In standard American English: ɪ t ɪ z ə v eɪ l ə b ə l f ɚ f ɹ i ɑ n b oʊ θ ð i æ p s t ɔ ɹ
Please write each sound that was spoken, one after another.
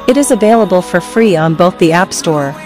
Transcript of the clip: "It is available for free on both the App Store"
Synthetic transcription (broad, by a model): ɪ t ɪ z ə v eɪ l ə b ə l f ɚ f ɹ i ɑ n b oʊ θ ð i æ p s t ɔ ɹ